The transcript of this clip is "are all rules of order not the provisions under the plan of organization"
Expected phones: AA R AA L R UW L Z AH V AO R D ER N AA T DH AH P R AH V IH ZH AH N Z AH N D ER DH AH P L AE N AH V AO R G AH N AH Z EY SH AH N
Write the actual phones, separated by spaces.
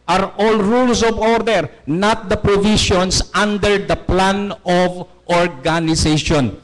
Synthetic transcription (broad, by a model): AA R AA L R UW L S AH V AO R D ER N AA T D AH P R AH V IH SH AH N S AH N D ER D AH P L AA N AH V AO R G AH N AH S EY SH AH N